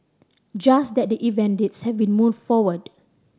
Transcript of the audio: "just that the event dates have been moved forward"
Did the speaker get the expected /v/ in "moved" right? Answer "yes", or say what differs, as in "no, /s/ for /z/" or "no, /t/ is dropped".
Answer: no, /v/ is dropped